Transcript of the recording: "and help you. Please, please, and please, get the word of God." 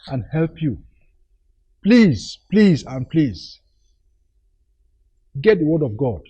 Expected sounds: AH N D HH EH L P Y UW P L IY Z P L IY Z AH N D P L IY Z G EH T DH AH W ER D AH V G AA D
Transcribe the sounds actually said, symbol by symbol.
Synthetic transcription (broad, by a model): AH N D HH EH L P Y UW P L IY Z P L IY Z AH N P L IY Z G EH T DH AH W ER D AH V G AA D